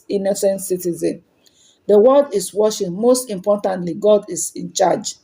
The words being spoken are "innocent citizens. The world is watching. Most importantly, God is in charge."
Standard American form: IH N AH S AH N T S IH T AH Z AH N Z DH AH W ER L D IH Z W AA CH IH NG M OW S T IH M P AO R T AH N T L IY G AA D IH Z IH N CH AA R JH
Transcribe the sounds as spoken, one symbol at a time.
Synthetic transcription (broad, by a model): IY N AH S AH N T S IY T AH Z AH N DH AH W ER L D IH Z W AA SH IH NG M OW S T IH M P AO T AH N T L IY G AA D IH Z IH N CH AA JH